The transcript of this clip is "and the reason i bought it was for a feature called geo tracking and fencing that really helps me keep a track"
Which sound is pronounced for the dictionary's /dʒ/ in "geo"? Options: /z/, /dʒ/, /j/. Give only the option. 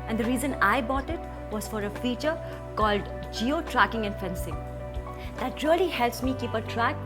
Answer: /dʒ/